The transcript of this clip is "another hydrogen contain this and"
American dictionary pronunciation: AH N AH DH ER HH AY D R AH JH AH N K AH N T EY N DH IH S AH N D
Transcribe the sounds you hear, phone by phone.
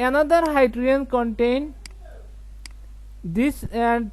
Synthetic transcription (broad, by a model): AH N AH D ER HH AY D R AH AH N K AH N T EY N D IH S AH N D